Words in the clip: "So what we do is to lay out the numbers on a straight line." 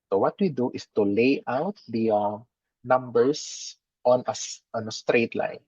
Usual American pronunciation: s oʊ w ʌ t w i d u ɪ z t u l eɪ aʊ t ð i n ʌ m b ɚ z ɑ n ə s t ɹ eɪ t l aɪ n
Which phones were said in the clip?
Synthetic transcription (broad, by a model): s oʊ w ʌ t w i d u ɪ s t u l eɪ aʊ t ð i n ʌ m b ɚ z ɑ n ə s t ɹ eɪ t l aɪ n